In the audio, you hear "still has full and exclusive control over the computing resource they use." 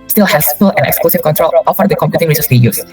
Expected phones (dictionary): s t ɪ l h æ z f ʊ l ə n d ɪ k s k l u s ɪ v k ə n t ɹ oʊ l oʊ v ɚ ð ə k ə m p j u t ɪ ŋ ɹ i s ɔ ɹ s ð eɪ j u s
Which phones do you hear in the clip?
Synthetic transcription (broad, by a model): s t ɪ l h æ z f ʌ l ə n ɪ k s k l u s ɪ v k ə n t ɹ oʊ l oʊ f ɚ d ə k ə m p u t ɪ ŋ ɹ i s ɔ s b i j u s